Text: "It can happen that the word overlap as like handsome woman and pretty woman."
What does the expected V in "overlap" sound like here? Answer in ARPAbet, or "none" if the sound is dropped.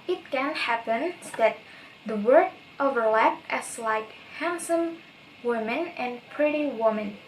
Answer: V